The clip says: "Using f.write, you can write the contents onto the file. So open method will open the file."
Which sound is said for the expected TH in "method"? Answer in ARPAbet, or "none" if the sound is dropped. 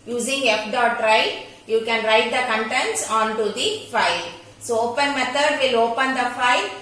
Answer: T